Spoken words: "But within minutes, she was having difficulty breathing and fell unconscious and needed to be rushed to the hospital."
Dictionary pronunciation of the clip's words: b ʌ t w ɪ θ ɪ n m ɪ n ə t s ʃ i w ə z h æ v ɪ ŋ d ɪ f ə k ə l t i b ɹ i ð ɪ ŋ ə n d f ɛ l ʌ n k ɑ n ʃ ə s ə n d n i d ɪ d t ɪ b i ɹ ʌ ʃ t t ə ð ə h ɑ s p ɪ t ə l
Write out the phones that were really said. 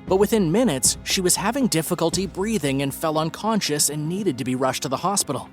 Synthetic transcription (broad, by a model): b ʌ t w ɪ θ ɪ n m ɪ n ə t s ʃ i w ə z h æ v ɪ ŋ d ɪ f ə k ə l t i b ɹ i ð ɪ ŋ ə n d f ɛ l ʌ n k ɑ n ʃ ə s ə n n i d ɪ d t ɪ b i ɹ ʌ ʃ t t ə ð ə h ɑ s p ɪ t l